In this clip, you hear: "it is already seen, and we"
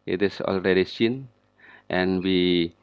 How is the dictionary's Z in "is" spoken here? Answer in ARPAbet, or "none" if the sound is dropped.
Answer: S